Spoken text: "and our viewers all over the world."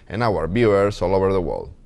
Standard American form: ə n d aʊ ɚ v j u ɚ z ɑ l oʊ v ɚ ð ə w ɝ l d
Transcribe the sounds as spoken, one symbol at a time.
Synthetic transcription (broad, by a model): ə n aʊ ɚ b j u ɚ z ɑ l oʊ v ɚ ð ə w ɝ l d